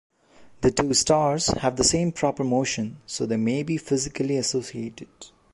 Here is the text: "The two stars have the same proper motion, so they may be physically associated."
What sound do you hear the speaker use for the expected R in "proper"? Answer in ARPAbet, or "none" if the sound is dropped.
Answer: R